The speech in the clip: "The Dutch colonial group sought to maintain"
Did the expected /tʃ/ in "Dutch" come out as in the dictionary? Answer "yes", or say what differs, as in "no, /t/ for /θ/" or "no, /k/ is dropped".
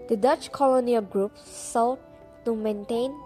yes